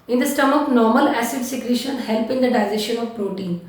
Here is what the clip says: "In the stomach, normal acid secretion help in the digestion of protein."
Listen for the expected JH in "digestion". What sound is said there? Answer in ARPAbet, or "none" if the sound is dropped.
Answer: Z